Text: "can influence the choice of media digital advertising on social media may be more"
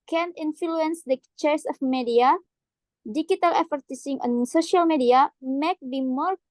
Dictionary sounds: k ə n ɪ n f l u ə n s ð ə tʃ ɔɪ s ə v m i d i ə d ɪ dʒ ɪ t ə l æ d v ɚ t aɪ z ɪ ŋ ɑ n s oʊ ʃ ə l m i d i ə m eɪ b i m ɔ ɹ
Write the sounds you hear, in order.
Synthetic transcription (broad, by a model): k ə n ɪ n f l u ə n s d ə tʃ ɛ s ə f m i d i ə d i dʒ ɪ t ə l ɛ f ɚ t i s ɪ ŋ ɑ n s oʊ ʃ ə l m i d i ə m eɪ b i m ɔ ɹ